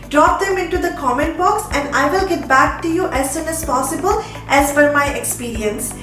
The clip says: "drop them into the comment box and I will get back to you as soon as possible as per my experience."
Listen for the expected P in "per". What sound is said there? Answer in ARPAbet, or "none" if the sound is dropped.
F